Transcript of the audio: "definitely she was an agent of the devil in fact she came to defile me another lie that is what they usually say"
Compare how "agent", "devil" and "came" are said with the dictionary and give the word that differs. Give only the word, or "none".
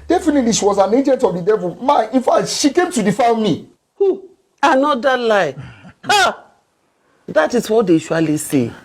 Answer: devil